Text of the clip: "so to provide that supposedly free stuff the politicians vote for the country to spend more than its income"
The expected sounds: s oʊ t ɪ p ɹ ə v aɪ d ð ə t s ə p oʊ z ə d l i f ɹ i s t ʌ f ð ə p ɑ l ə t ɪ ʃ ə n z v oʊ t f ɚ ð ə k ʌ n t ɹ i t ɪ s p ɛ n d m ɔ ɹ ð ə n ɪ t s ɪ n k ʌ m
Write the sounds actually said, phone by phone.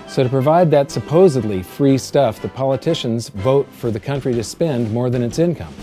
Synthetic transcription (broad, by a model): s oʊ t ɪ p ɹ ə v aɪ d ð ə t s ə p oʊ z ə d l i f ɹ i s t ʌ f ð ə p ɑ l ə t ɪ ʃ ə n z v oʊ t f ɚ ð ə k ʌ n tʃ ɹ i t ɪ s p ɛ n d m ɔ ɹ ð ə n ɪ t s ɪ n k ʌ m